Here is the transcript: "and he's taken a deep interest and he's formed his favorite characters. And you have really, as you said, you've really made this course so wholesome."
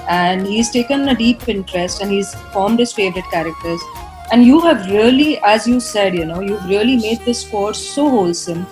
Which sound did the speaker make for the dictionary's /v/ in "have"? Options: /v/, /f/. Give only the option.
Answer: /v/